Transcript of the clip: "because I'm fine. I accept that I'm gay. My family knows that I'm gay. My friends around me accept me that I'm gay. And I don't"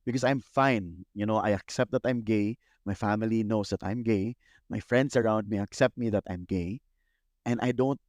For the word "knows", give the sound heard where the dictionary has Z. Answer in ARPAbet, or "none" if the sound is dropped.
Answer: S